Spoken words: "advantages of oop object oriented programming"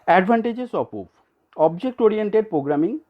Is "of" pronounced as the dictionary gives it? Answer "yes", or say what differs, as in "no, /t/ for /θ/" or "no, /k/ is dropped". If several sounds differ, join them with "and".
no, /p/ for /v/